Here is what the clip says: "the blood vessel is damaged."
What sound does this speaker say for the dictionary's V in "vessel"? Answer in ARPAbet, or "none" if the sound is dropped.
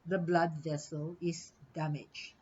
V